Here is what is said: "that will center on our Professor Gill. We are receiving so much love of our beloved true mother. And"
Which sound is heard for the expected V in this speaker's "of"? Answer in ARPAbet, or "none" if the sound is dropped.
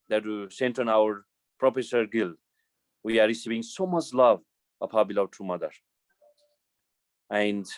P